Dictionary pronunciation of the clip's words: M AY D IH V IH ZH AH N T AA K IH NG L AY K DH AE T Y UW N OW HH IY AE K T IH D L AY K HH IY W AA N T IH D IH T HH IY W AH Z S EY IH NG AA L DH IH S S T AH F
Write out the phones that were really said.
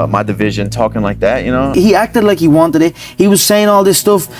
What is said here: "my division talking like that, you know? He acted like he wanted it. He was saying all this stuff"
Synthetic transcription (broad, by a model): M AY D IH V IH ZH AH N T AA K IH NG L AY K DH AE T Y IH N OW HH IY AE K T IH D L AY K HH IY W AA N T IH D IH T HH IY W AH Z S EY IH NG AA L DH IH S S T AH F